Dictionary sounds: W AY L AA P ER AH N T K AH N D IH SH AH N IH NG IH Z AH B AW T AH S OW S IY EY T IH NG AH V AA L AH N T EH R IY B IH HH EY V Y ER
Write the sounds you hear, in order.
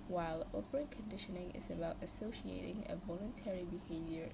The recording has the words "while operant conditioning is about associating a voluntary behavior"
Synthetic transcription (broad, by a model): W AY L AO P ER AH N K AH N D IH SH AH N IH NG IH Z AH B AW T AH S OW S IY EY T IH NG AH V AA L AH N T EH R IY B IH HH EY V Y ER